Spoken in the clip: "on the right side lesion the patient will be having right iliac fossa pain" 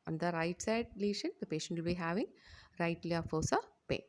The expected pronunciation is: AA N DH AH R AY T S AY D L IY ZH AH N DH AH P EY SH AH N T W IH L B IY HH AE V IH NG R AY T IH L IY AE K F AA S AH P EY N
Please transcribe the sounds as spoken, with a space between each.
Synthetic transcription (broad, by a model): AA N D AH R AY T S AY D L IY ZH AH N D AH P EY SH AH N T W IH L B IY HH AE V IH NG R AY T L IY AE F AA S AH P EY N